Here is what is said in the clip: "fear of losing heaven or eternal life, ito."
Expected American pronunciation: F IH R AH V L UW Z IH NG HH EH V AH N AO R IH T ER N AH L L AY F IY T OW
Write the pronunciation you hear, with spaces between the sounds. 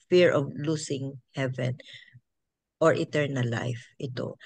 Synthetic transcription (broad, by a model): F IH R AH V L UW S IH NG HH EH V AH N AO R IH T ER N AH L L AY F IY T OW